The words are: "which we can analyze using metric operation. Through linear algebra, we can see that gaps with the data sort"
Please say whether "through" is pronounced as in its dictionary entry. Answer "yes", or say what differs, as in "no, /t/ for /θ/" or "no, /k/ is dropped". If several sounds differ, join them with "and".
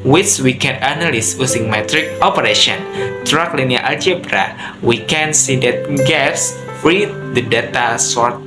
no, /t/ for /θ/